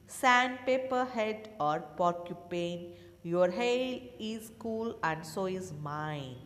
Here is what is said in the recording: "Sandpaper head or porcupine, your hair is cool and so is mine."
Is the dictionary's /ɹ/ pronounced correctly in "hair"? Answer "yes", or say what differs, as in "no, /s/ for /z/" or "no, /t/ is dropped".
no, /l/ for /ɹ/